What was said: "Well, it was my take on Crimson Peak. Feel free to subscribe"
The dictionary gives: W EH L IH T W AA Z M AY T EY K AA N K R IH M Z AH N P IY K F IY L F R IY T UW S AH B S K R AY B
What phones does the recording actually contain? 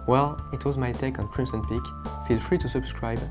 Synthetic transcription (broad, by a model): W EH L IH T W AA Z M AY T EY K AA N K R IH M S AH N P IY K F IY L F R IY T UW S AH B S K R AY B